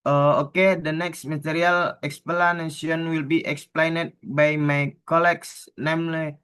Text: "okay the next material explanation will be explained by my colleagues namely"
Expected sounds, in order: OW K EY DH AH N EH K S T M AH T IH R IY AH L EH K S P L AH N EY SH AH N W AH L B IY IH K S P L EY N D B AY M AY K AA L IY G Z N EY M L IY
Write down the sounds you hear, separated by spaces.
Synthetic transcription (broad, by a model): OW K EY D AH N EH K S T M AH T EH R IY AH L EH K S P L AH N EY S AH N W AH L B IY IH K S P L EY N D B AY M AY K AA L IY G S N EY M L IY